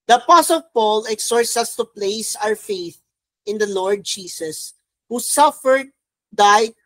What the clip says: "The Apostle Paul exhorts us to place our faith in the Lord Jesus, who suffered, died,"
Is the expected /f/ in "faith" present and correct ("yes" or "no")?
yes